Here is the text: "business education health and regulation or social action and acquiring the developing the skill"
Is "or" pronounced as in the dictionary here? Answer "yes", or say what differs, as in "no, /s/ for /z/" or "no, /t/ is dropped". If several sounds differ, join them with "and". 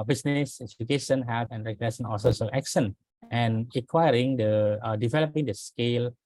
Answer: no, /l/ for /ɹ/